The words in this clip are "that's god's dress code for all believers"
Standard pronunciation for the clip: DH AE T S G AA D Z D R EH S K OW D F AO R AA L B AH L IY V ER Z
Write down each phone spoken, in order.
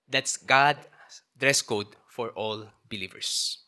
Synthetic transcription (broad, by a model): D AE T S G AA D D R EH S K OW D F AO R AA L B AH L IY V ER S